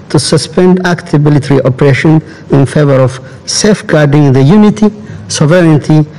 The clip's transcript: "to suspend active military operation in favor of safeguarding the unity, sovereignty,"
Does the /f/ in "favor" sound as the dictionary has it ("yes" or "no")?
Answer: yes